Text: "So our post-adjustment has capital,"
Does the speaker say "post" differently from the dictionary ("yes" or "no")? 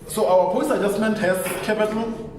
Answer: yes